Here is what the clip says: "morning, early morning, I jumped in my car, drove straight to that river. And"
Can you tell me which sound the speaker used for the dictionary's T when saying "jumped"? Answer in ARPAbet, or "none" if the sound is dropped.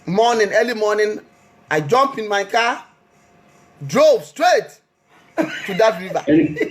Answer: none